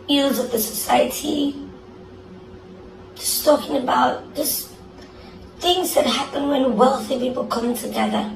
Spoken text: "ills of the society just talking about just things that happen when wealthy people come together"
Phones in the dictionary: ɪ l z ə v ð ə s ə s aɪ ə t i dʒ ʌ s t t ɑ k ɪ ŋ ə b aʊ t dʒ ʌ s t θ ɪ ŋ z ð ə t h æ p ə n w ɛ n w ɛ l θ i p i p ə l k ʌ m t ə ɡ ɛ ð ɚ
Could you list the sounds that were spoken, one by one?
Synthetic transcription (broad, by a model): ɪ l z ə v ð ə s ə s aɪ ə t i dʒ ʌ s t t ɑ k ɪ ŋ ə b aʊ t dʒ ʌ s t θ ɪ ŋ z ð ə t h æ p ə n w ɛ n w ɛ l θ i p i p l k ʌ m t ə ɡ ɛ ð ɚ